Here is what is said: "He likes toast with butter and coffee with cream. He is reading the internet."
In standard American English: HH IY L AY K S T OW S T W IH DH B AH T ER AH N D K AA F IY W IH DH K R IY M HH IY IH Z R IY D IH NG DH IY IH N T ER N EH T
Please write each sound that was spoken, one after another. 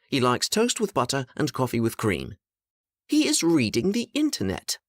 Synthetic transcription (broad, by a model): HH IY L AY K S T OW S T W IH DH B AH T ER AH N K AA F IY W IH DH K R IY M HH IY IH Z R IY D IH NG DH IY IH N T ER N EH T